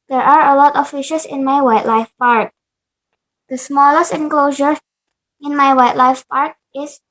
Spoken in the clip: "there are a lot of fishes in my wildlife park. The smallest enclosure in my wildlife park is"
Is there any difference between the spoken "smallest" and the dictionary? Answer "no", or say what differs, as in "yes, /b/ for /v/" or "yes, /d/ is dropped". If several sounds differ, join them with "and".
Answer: no